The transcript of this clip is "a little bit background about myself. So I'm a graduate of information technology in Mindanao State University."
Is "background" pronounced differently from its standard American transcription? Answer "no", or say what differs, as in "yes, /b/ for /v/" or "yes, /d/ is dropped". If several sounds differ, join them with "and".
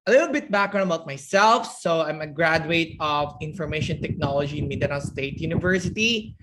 yes, /d/ is dropped